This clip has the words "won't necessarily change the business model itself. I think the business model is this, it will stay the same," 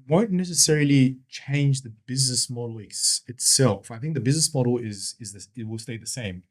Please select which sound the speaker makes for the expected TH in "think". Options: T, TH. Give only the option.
TH